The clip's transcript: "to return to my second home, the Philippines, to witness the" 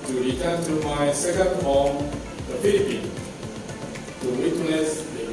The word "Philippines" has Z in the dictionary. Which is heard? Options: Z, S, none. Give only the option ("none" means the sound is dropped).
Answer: none